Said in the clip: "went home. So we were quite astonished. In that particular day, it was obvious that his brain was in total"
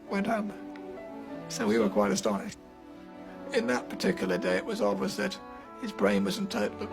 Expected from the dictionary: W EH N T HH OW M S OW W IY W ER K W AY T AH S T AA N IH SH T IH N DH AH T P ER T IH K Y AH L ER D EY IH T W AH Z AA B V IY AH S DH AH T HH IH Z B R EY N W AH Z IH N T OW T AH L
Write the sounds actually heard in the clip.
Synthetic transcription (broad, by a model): W EH N T HH OW M S OW W IY W ER K W AY T AH S T AA N IH SH T IH N DH AH T P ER T IH K Y L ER D EY IH T W AH Z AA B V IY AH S DH AH T HH IH Z B R EY N W AH Z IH N T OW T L